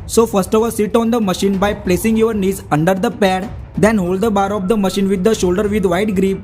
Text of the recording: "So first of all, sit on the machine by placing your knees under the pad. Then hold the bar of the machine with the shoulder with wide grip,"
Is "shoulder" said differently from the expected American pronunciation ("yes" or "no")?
no